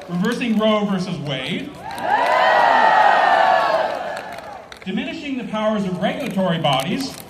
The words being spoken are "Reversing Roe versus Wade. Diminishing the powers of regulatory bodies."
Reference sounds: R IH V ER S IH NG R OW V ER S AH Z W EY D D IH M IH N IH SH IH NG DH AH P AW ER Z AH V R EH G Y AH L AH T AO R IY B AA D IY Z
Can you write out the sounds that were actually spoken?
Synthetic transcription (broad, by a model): R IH V ER S IH NG R OW V ER S AH Z W EY D D IH M IH N IH SH IH NG DH AH P AW ER Z AH V R EH G Y L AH T AO R IY B AA D IY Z